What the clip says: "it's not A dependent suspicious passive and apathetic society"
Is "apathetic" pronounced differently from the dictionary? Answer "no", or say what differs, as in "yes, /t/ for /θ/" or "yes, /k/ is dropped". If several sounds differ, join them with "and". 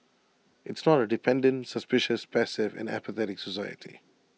no